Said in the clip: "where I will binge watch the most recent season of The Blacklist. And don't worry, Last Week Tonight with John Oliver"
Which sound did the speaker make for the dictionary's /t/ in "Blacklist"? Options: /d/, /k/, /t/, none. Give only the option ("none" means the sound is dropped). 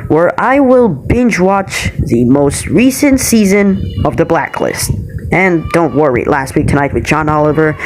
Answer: /t/